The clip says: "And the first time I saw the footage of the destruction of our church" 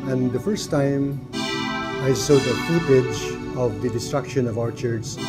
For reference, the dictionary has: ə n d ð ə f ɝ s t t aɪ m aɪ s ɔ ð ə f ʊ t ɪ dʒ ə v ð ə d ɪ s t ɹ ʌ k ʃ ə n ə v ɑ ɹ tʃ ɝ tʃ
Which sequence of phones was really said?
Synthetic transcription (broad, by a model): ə n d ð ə f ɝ s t t aɪ m aɪ s ɔ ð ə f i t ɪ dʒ ə v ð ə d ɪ s t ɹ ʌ k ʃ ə n ə v ɑ ɹ tʃ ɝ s